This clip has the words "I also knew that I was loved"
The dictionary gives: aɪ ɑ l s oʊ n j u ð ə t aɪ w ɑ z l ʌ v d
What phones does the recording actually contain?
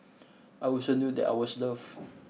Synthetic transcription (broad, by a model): aɪ ɑ l s oʊ n j u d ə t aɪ w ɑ s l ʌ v